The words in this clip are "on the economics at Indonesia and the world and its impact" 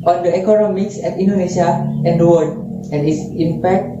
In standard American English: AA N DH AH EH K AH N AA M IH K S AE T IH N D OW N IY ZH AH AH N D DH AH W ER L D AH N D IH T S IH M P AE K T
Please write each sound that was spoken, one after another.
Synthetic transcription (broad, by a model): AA N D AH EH K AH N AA M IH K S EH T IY N D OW N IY SH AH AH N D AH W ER D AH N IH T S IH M P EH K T